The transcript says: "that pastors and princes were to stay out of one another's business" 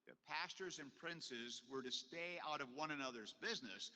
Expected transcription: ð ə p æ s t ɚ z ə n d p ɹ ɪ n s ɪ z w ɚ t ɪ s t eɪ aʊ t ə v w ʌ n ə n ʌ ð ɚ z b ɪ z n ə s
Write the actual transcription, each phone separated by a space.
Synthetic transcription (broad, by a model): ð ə p æ s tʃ ɚ z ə n p ɹ ɪ n s ɪ z w ɚ t ɪ s t eɪ aʊ t ə v w ʌ n ə n ʌ ð ɚ z b ɪ z n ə s